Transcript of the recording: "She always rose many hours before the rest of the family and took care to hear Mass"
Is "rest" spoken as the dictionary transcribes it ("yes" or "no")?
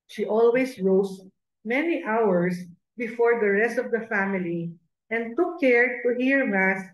yes